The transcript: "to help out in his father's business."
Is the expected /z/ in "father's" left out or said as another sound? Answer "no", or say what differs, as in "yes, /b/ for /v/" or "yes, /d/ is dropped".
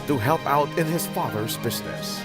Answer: no